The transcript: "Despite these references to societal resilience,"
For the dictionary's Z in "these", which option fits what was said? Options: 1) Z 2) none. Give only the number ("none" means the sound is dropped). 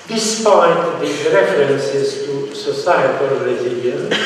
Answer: 2